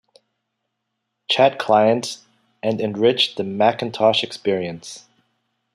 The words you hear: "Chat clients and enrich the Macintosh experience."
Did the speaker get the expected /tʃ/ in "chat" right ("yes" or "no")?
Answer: yes